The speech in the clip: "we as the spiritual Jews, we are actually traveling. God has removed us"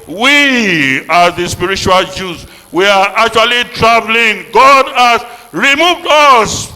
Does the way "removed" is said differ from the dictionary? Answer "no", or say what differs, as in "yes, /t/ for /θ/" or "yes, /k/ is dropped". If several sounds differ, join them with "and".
no